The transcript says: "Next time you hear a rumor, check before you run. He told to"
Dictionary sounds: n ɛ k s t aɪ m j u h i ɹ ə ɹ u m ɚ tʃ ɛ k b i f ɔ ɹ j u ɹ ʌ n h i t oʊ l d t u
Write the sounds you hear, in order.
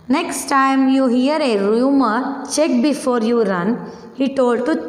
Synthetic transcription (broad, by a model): n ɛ k s t aɪ m j u h i ɹ ə ɹ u m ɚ tʃ ɛ k b i f ɔ ɹ j u ɹ ʌ n h i t oʊ l d t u